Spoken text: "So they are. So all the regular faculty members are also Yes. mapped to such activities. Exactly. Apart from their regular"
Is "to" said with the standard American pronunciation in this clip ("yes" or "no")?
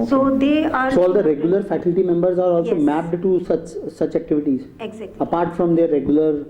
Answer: no